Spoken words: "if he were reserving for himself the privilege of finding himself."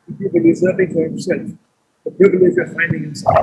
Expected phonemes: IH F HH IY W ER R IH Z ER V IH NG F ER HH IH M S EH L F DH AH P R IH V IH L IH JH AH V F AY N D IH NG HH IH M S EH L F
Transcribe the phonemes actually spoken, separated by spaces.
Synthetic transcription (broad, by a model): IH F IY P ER L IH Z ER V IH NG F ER HH IH M S EH L F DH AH P R IH V IH L IH JH AH V F AY N D IH NG HH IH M S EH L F